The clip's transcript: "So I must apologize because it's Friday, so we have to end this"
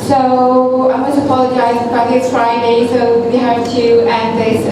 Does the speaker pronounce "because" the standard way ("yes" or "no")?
no